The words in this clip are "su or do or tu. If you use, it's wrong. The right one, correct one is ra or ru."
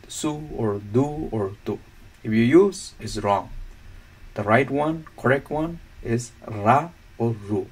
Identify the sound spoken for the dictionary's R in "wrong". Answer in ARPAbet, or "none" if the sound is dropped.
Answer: R